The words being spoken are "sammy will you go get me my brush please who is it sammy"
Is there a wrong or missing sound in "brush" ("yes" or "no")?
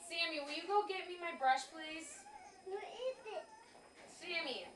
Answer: no